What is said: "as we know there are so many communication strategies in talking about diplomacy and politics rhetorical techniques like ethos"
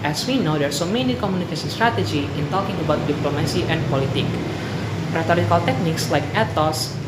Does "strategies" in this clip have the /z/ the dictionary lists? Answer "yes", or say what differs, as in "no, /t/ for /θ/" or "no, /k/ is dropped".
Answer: no, /z/ is dropped